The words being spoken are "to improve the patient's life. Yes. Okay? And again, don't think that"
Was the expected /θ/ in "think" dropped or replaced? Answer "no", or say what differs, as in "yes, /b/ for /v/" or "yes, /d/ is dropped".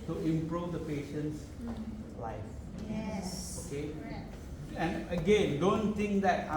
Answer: yes, /t/ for /θ/